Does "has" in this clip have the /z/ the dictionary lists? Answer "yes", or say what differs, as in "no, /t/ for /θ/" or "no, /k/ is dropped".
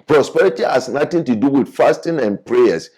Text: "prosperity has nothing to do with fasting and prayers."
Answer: no, /s/ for /z/